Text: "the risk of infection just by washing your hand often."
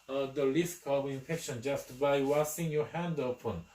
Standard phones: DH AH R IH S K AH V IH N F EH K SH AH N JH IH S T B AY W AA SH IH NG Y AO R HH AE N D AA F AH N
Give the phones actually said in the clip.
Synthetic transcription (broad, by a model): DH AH L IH S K AH V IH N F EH K SH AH N JH IH S T B AY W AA S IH NG Y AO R HH AE N D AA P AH N